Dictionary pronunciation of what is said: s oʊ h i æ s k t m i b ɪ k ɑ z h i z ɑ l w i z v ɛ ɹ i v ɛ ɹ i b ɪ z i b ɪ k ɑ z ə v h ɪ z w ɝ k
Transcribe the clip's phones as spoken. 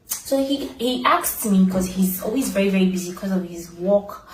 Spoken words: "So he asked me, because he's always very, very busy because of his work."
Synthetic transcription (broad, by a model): s oʊ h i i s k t m i b ɪ k ɑ z h i z ɑ l w i z v ɛ ɹ i v ɛ ɹ i b ɪ z i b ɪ k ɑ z ə v h ɪ z w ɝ k